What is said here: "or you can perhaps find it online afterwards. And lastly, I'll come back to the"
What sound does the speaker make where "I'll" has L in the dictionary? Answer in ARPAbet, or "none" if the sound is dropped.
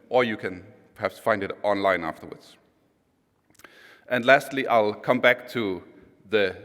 L